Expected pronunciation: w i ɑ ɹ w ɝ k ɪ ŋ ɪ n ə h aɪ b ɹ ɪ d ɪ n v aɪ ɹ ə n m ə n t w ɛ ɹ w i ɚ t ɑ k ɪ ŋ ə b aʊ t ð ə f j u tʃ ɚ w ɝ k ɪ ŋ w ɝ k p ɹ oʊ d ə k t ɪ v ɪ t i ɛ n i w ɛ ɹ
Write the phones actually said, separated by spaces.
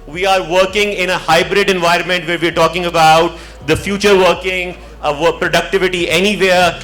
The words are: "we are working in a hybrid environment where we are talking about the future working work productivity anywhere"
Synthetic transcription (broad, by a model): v i ɑ ɹ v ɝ k ɪ ŋ ɪ n ə h aɪ b ɹ ɪ d ɪ n v aɪ ɹ ə n m ə n t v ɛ ɹ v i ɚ t ɑ k ɪ ŋ ə b aʊ t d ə f j u tʃ ɚ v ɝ k ɪ ŋ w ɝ p ɹ oʊ d ə k t ɪ v ɪ t i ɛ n i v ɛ ɹ